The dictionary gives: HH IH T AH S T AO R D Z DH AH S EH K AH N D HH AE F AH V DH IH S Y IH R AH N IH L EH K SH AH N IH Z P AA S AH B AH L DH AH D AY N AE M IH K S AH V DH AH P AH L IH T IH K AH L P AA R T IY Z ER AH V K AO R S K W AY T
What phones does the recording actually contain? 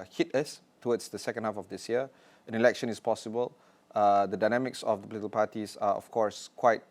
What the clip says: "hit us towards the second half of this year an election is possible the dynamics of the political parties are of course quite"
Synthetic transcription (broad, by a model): HH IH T AH S T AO W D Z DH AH S EH K AH N D HH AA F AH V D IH S Y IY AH AH N IH L EH K SH AH N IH S P AA S AH B AH L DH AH D AY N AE M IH K S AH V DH AH P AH L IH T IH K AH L P AA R T IY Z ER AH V K AO R S K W AY T